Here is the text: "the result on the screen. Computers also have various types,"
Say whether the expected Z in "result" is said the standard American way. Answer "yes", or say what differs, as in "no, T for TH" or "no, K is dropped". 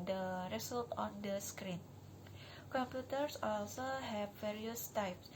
no, S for Z